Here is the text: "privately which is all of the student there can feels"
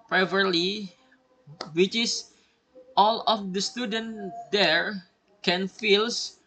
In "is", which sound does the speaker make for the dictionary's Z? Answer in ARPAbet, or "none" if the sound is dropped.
S